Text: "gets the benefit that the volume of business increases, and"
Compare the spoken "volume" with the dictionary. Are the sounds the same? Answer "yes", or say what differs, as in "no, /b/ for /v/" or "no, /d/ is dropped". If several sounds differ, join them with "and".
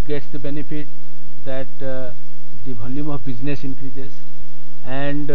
no, /b/ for /v/